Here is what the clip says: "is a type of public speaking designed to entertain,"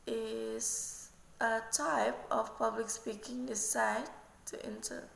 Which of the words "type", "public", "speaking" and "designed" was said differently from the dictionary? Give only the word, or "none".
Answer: designed